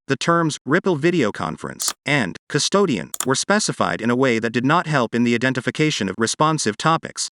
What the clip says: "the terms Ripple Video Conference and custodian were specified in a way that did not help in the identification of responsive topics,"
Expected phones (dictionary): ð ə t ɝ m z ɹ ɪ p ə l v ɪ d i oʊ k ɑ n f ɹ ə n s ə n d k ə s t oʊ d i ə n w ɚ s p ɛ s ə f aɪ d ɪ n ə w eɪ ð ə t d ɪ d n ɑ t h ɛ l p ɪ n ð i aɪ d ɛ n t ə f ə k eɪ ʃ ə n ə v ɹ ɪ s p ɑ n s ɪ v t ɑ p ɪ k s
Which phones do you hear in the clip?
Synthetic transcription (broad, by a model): ð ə t ɝ m z ɹ ɪ p l v ɪ d i oʊ k ɑ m f ɹ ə n s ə n k ə s t oʊ d i ə n w ɚ s p ɛ s ə f aɪ d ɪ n ə w eɪ ð ə t d ɪ d n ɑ t h ɛ l p ɪ n ð i aɪ d ɛ n t ə f ə k eɪ ʃ ə n ə v ɹ ɪ s p ɑ n s ɪ v t ɑ p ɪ k s